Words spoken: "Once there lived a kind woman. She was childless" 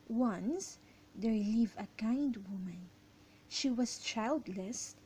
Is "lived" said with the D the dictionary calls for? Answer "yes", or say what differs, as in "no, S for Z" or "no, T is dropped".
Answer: no, D is dropped